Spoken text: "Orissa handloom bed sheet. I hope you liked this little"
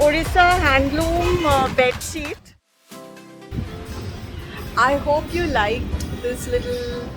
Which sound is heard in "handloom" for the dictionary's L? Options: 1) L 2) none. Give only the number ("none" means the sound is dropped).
1